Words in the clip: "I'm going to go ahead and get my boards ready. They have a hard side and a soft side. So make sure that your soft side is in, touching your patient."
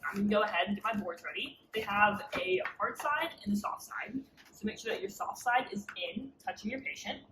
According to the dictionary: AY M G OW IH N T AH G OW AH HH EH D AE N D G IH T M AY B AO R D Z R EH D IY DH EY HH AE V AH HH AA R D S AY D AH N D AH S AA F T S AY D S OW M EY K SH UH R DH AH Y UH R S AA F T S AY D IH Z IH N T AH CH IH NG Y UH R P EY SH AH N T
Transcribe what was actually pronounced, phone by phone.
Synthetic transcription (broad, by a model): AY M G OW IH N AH G OW AH HH EH D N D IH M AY B AO R D Z R EH D IY DH EY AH V AH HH AA R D S AY D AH N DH AH S AA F S AY D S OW M EY K SH UH R DH AH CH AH R S AA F S AY D IH Z IH N T AH CH IH NG Y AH R P EY SH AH N T